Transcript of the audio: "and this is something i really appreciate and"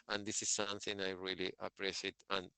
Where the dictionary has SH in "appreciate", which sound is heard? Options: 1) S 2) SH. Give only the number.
1